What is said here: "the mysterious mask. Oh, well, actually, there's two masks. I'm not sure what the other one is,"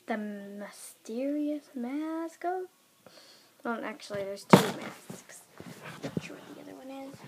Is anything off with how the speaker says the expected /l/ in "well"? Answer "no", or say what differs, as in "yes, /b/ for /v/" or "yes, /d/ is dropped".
yes, /n/ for /l/